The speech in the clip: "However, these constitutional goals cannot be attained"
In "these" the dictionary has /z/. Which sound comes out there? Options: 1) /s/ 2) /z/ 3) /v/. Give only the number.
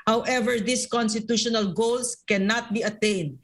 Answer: 1